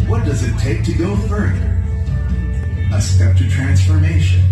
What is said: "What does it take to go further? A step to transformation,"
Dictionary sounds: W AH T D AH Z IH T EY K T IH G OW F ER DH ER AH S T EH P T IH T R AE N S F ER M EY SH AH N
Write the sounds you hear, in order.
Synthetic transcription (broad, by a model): W AH T D AH Z IH T EY K T IH G OW F ER DH ER AH S T EH P T IH T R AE N S F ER M EY SH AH N